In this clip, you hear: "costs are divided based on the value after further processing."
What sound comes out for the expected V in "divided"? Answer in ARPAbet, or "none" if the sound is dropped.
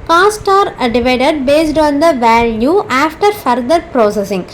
V